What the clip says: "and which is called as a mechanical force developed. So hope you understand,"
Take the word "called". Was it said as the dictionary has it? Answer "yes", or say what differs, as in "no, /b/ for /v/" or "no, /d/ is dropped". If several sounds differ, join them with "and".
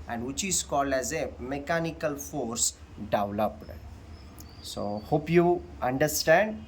yes